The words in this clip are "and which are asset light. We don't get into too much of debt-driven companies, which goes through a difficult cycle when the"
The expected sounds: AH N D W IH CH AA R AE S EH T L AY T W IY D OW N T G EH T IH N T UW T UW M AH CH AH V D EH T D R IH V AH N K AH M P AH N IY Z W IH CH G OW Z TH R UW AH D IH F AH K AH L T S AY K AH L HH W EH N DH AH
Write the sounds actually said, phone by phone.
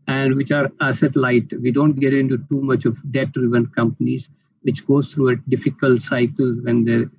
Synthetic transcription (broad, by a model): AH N D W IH CH AA R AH S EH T L AY T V IY D OW N T G EH T IH N T UW T UW M AH CH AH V D EH T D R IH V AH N K AH M P AH N IY Z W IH CH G OW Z T R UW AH D IH F AH K AH L T S AY K AH L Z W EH N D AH